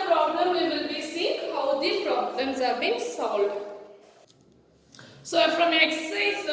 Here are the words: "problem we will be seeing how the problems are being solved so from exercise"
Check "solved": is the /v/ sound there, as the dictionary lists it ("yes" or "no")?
no